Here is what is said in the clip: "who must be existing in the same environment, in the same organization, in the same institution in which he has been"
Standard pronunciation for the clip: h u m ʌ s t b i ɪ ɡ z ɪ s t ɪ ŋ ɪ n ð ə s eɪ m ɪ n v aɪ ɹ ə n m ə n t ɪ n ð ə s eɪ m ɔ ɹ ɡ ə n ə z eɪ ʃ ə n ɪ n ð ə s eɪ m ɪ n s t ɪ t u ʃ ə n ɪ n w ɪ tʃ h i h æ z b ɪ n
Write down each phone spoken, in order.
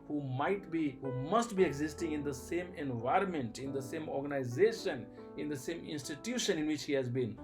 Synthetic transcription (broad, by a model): h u m ʌ s t b i ɪ ɡ z ɪ s t ɪ ŋ ɪ n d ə s eɪ m ɪ n v aɪ ɹ ə n m ə n t ɪ n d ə s eɪ m ɔ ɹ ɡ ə n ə z eɪ ʃ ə n ɪ n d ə s eɪ m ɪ n s t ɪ t u ʃ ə n ɪ n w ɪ tʃ h i h æ z b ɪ n